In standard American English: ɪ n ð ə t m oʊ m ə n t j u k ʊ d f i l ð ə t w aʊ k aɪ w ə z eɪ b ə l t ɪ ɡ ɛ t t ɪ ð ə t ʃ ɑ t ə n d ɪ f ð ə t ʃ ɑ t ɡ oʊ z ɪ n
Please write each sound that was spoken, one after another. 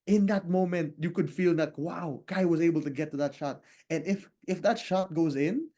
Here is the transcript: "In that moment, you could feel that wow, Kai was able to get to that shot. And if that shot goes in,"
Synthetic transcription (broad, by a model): ɪ n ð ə t m oʊ m ə n t j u k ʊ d f i l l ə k w aʊ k aɪ w ə z eɪ b ə l t ɪ ɡ ɛ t t ɪ ð ə t ʃ ɑ t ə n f ɪ f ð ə t ʃ ɑ t ɡ oʊ z ɪ n